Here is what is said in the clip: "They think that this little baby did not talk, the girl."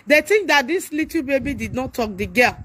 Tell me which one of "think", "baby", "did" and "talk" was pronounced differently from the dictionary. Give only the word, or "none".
think